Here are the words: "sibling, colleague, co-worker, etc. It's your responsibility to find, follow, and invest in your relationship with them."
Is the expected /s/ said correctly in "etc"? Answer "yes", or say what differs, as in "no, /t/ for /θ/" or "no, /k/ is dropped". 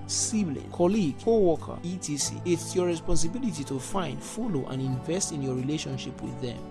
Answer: no, /s/ is dropped